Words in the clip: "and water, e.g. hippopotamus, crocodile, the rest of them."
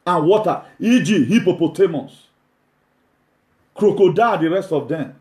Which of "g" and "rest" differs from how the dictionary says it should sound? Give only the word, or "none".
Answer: none